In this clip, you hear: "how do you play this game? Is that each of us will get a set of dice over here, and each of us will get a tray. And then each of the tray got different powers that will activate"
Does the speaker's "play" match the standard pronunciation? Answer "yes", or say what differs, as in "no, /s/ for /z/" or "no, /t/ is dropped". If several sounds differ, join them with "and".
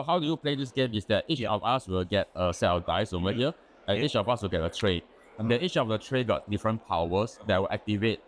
yes